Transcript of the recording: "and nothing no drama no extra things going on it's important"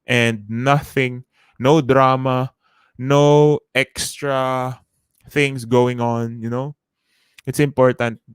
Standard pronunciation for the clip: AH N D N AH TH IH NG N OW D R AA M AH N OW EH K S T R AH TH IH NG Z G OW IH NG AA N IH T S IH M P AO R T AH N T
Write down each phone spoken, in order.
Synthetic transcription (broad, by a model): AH N D N AH TH IH NG N OW D R AA M AH N OW EH K S T R AH TH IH NG S G OW IH NG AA N IH T S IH M P AO R T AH N T